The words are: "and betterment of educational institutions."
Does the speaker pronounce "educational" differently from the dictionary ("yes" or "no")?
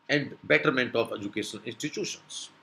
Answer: yes